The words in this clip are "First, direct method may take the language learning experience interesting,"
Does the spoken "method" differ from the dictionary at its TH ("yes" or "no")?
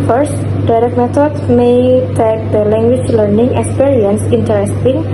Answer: yes